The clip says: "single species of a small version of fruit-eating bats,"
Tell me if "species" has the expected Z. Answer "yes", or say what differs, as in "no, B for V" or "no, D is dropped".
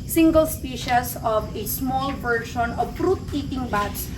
no, S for Z